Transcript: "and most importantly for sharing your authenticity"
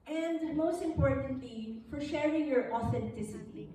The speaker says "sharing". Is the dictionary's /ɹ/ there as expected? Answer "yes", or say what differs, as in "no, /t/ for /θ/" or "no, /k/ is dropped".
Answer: yes